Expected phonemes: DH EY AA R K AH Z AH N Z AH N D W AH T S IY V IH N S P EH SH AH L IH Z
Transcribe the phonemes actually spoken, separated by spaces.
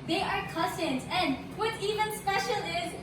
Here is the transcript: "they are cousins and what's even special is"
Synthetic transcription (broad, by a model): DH EY AA R K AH S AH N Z AH N D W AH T IY V IH N S P EH SH AH L IH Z